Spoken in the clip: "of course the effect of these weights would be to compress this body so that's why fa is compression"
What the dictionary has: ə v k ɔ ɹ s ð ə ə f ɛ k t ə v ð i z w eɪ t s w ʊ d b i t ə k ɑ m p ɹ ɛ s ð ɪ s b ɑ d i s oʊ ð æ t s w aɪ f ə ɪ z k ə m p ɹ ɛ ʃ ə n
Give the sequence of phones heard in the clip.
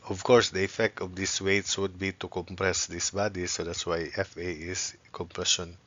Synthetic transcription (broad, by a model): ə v k ɔ ɹ s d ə ə f ɛ k t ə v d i s w eɪ t s w ʊ d b i t ə k ɑ m p ɹ ɛ s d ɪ s b ɑ d i s oʊ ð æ t s w aɪ f ə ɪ s k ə m p ɹ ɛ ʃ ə n